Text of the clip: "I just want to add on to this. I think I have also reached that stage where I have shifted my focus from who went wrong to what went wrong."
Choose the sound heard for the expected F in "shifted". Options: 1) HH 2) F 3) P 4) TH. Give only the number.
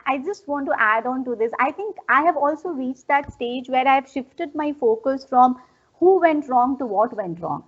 2